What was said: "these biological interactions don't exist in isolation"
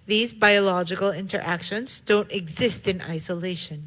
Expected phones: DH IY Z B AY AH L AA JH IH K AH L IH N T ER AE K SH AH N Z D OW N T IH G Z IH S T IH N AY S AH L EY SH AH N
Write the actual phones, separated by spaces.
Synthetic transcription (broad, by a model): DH IY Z B AY AH L AA JH IH K AH L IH N T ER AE K SH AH N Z D OW N T IH G Z IH S T IH N AY S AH L EY SH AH N